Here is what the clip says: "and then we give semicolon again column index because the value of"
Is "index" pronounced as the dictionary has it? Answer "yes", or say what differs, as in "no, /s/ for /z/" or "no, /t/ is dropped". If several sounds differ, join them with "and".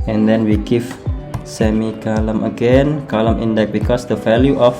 no, /s/ is dropped